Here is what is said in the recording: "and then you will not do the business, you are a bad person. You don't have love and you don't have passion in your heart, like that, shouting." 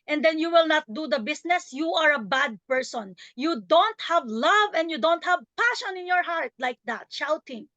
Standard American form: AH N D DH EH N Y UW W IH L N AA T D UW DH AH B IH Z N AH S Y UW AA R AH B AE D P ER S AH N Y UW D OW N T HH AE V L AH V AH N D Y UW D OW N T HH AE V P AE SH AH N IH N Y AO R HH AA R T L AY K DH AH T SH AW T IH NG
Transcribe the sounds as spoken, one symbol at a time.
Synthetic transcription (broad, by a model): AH N D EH N Y UW W IH L N AA T D UW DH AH B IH S N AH S Y UW AA R AH B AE D P ER S AH N Y UW D OW N T HH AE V L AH V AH N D Y UW D OW N T HH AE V P AE SH AH N IH N Y AO R HH AA R T L AY K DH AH T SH AW T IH NG